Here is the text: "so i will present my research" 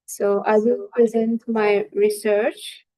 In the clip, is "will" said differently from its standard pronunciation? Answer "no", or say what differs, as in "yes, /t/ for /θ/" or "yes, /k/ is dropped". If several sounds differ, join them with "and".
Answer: yes, /n/ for /l/